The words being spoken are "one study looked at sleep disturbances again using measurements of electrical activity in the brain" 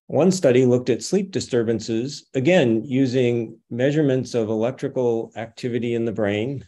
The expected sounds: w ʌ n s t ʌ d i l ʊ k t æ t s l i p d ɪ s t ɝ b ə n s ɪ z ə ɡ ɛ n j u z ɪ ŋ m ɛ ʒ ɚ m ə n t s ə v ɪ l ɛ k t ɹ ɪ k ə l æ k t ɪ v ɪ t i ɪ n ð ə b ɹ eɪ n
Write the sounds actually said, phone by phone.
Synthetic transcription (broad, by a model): w ʌ n s t ʌ d i l ʊ k t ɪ t s l i p d ɪ s t ɝ b ə n s ɪ z ə ɡ ɛ n j u z ɪ ŋ m ɛ ʒ ɚ m ə n t s ə v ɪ l ɛ k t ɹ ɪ k l æ k t ɪ v ɪ t i ɪ n ð ə b ɹ eɪ n